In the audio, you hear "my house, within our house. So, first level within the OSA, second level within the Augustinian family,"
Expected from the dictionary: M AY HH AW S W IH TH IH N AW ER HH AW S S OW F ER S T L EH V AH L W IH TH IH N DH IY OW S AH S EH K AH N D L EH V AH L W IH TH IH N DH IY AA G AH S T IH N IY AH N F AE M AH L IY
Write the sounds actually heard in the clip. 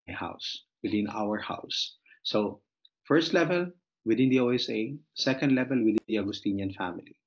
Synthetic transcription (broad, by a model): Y HH AW S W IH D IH N AW ER HH AW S S OW F ER S T L EH V AH L W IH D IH N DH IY OW S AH S EH K AH N D L EH V AH L W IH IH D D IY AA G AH S T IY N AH N F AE M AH L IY